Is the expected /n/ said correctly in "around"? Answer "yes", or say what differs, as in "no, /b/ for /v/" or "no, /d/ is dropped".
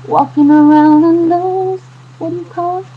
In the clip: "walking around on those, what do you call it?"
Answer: yes